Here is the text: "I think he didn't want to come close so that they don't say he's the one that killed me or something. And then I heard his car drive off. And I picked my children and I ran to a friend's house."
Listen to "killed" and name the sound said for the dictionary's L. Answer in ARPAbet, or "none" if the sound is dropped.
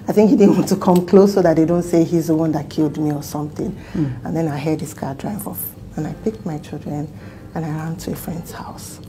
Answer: L